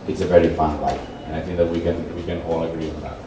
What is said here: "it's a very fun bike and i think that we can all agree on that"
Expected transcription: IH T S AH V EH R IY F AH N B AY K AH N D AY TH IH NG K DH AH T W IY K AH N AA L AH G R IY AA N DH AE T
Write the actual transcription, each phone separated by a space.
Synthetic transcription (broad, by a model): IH T S AH V EH R IY F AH N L AY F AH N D AY TH IH NG K DH AH T W IY K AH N AA L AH G R IY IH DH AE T